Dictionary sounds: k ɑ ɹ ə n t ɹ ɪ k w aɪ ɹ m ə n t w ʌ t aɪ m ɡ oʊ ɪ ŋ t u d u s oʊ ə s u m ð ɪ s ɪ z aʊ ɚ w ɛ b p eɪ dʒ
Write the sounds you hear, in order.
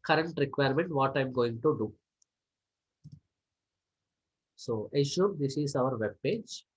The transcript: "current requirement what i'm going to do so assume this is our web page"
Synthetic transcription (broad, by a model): k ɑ ɹ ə n t ɹ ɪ k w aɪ ɹ m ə n t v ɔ t aɪ m ɡ oʊ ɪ ŋ t u d u s oʊ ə ʃ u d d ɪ s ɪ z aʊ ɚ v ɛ b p eɪ dʒ